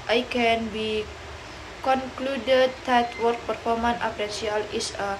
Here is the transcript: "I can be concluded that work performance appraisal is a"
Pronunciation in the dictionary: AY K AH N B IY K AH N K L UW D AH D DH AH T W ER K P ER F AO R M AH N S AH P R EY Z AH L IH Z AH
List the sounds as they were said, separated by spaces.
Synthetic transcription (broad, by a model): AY K AH N B IY K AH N K L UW D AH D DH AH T W ER K P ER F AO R M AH N AH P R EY S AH L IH S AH